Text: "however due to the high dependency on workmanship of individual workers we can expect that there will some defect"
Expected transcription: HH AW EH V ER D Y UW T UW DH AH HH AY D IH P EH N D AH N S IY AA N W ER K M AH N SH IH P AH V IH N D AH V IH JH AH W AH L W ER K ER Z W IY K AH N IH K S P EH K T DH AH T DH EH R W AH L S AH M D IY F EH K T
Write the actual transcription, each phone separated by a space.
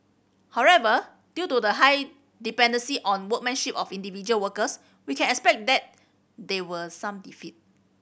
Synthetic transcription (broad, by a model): HH AW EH V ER D Y UW T UW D AH HH AY D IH P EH N D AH N S IY AA N W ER K M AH N SH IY P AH F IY N D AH V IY JH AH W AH L W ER K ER S W IY K AH N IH K S P EH K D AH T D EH W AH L S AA M D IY F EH T